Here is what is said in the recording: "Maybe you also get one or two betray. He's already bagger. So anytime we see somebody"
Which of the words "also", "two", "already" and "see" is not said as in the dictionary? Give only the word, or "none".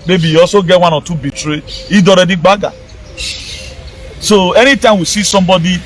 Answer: also